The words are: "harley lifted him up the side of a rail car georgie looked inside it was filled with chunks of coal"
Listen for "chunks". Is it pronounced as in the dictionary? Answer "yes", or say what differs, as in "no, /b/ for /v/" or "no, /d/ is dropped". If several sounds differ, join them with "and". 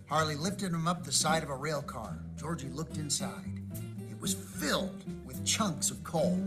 yes